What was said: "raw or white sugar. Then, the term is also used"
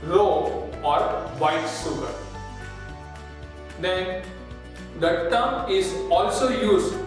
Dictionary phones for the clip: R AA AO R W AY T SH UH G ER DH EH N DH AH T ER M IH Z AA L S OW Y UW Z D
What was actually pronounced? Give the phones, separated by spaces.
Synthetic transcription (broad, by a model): R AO AO R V AY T S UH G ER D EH N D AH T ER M IH Z AA L S OW Y UW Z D